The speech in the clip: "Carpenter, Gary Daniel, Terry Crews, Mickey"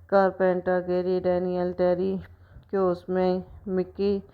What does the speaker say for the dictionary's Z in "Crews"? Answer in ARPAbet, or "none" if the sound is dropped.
none